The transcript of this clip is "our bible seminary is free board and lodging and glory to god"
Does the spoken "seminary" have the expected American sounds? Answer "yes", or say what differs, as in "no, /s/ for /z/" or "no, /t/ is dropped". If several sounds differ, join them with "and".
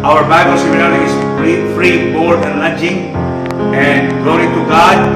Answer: no, /l/ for /n/